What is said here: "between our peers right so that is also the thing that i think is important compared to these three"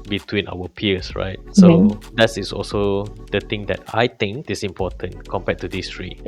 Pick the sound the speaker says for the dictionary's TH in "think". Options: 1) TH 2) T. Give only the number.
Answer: 2